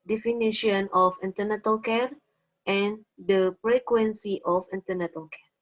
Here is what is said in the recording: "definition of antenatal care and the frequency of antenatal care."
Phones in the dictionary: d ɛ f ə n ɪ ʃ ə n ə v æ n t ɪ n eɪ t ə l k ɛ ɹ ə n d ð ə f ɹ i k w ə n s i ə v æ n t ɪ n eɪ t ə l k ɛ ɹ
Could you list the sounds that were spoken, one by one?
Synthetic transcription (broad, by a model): d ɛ f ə n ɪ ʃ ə n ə f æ n t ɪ n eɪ t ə l k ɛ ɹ ə n d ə p ɹ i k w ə n s i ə f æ n t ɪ n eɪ t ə l k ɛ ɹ